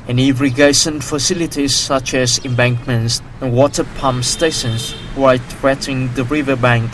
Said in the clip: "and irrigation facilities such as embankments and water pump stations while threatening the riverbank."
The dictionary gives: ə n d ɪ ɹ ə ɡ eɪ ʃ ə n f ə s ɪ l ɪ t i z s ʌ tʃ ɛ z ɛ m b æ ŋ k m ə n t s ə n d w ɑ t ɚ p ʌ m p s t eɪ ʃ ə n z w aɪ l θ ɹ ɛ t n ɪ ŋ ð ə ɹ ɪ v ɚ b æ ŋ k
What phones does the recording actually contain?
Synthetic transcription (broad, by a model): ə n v ɹ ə ɡ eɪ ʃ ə n f ə s ɪ l ɪ t i z s ʌ tʃ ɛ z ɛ m b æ ŋ k m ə n t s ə n w ɑ t ɚ p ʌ m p s t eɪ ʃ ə n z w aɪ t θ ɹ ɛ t ɪ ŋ ð ə ɹ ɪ v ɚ b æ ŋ k